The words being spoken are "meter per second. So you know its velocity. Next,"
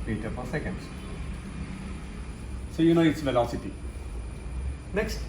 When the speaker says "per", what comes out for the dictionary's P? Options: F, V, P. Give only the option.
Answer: F